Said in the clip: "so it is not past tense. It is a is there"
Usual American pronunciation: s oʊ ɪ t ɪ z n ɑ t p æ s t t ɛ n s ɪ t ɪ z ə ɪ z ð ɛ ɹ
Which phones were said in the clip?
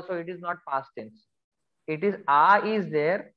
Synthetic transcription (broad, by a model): s oʊ ɪ t ɪ z n ɑ t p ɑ s t s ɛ n s ɪ t ɪ z ə ɪ z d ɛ ɹ